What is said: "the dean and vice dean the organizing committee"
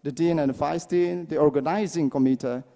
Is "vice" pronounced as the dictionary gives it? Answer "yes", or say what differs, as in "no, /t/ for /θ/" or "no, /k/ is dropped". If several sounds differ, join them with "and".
no, /f/ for /v/